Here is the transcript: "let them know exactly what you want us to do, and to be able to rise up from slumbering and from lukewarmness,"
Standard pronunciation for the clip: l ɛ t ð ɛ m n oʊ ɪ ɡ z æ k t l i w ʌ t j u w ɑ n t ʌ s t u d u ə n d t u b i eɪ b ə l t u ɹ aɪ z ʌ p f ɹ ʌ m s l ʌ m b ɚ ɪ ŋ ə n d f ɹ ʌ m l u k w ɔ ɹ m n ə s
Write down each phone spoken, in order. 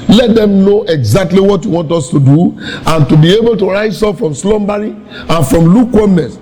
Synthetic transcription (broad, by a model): l ɛ t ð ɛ m n oʊ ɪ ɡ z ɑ k t l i w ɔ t j u w ɑ n t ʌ s t u d u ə n t u b i eɪ b ə l t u ɹ aɪ s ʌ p f ɹ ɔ m s l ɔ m b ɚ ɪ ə n f ɹ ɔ m l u k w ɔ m n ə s